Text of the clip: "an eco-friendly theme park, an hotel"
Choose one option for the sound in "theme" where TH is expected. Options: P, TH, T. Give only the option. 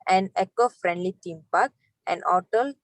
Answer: T